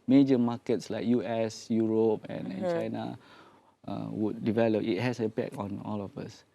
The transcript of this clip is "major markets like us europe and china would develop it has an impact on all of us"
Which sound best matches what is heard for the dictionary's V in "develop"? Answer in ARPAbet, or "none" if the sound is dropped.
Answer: V